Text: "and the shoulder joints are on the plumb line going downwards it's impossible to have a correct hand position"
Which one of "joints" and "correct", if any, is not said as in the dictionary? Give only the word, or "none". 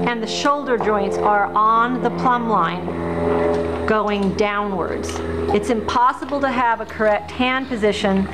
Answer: none